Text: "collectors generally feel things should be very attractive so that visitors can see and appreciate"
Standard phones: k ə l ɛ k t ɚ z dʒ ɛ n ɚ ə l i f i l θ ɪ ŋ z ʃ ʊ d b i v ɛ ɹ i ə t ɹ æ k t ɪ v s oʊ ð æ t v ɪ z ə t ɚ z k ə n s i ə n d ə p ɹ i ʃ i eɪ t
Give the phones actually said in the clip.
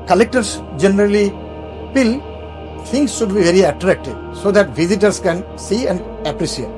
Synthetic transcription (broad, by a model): k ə l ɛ k t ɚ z dʒ ɛ n ɚ ə l i p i l t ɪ ŋ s ʃ ʊ d b i v ɛ ɹ i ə t ɹ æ k t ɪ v s oʊ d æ t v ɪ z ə t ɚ s k ə n s i ə n d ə p ɹ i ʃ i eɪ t